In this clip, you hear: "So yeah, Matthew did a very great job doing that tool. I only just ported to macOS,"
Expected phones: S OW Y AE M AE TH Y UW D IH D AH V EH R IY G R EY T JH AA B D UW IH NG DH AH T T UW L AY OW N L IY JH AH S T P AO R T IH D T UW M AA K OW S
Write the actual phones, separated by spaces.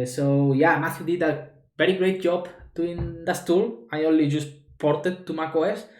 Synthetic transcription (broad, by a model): S OW Y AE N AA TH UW D IH D AH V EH R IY G R EY T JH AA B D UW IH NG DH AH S T UW L AY OW N L IY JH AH S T P AO R T IH D T UW M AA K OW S